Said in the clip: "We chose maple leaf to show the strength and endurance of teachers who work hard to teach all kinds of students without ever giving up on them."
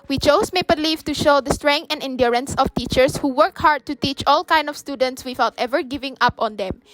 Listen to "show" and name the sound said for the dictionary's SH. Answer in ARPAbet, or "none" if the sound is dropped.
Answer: SH